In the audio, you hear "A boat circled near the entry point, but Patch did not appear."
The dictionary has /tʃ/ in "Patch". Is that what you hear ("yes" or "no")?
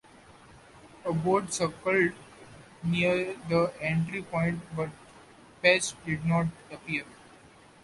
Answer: no